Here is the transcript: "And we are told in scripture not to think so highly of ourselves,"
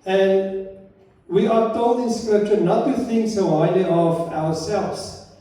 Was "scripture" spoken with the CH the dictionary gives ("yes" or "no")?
yes